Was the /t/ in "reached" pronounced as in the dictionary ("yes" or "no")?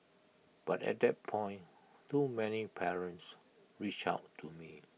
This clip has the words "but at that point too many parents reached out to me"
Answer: no